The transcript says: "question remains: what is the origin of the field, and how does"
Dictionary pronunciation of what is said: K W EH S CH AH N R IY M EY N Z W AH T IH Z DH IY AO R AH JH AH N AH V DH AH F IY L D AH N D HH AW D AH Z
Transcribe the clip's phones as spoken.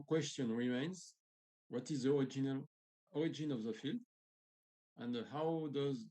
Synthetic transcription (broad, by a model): K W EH S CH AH N R IY M EY N Z W AH T IH Z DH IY AO R AH JH AH N AH V DH AH F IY L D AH N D HH AW D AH Z